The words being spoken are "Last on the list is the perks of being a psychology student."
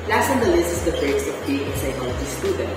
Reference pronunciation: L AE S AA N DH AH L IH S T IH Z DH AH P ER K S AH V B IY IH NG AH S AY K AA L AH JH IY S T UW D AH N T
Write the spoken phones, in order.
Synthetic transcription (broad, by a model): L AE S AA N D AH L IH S IH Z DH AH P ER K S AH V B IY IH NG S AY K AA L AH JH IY S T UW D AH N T